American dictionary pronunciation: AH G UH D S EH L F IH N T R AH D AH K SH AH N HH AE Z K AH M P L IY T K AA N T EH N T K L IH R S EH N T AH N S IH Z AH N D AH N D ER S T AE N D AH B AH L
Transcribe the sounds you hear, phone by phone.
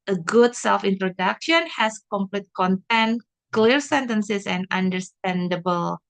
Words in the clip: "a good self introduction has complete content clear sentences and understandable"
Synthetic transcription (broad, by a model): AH G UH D S EH L F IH N T R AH D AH K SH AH N HH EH S K AH M P L IY T K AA N T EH N K L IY R S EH N T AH N S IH S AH N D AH N D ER S T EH N D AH B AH L